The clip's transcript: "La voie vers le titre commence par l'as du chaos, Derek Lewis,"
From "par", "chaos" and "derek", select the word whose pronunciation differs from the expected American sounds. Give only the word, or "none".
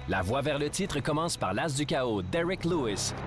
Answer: chaos